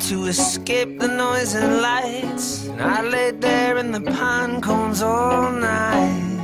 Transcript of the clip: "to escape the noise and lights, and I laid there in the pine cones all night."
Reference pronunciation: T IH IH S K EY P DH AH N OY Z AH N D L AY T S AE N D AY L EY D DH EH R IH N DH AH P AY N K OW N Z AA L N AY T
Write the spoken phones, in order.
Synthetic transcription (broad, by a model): T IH IH S K EY P DH AH N OY Z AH N L AY T S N AY L EY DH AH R IH N DH AH P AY N K OW N Z AA L N AY T